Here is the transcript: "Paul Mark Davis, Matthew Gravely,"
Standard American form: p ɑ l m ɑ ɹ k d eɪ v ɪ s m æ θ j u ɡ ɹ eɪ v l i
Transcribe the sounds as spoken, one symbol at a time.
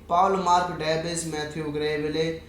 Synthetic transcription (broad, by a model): p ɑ l m ɑ ɹ k d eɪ b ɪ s m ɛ t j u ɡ ɹ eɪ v l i